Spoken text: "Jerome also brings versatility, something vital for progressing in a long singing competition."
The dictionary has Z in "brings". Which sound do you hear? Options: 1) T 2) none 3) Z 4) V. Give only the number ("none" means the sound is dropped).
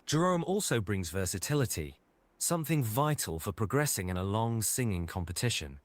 3